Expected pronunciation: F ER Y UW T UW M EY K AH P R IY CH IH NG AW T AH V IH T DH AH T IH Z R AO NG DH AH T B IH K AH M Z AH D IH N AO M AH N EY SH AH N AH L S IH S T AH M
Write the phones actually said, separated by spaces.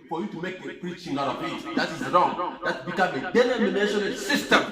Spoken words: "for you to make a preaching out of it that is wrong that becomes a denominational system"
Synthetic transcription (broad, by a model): F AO Y UW T UW M EY K AH P R IY CH IH NG AW T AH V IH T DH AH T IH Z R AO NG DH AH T B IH K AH M AH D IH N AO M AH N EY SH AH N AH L S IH S T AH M